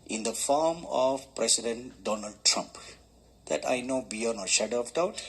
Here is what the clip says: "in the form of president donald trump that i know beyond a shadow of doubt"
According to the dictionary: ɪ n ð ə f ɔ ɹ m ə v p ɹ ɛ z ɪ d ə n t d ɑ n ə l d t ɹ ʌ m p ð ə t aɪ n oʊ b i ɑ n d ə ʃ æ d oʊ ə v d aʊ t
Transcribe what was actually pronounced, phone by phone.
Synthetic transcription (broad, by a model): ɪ n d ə f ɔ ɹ m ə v p ɹ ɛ s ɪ d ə n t d ɑ n ə l d t ɹ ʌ m p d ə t aɪ n oʊ b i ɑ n ə ʃ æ d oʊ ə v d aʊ t